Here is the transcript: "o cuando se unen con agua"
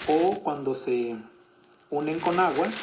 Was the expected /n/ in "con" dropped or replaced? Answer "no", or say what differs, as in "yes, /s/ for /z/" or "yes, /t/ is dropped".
no